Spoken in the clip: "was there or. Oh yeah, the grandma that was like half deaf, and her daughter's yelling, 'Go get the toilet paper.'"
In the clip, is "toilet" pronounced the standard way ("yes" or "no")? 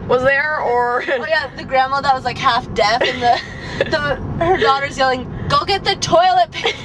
yes